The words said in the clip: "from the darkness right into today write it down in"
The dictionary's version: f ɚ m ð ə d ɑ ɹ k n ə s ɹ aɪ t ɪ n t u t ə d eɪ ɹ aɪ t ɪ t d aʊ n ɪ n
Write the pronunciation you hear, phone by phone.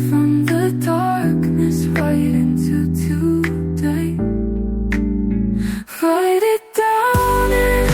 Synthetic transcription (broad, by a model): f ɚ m ð ə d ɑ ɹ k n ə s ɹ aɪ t ɪ n t u t ə d eɪ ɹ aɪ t ɪ t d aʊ ɪ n